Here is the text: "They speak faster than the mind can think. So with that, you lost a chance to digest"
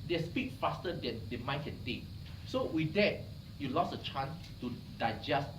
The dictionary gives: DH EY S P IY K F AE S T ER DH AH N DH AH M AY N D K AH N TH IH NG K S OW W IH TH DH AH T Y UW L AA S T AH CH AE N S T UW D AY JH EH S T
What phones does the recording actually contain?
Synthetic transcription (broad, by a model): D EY S P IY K F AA S T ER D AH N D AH M AY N K AH N T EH K S OW W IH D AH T Y UW L AA S AH CH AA N S T UW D AY JH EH S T